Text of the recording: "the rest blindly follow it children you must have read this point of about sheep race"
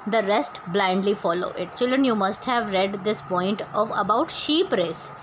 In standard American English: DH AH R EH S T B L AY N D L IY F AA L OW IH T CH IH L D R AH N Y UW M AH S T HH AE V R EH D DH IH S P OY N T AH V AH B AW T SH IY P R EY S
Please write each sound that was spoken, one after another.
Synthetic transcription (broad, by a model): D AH R EH S T B L AY N D L IY F AA L OW IH T CH IH L D R AH N Y UW M AH S T HH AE V R EH D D IH S P OY N T AH V AH B AW T SH IY P R EY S